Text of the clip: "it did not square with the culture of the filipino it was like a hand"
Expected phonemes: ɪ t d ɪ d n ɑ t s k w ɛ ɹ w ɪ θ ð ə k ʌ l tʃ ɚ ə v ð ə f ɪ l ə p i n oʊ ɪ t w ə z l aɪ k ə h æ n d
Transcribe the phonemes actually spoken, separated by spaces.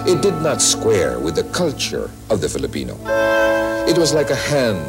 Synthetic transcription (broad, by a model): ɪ t d ɪ d n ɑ t s k w ɛ ɹ w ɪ ð ə k ʌ l tʃ ɚ ə v ð ə f ɪ l ə p i n oʊ ɪ t w ə z l aɪ k ə h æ n